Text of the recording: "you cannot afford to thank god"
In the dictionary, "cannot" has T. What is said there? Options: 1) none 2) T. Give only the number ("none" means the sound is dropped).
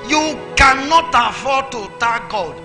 2